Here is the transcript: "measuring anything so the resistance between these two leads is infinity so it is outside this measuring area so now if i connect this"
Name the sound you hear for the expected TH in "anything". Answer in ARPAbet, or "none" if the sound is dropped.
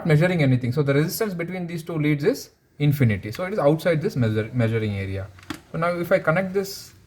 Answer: T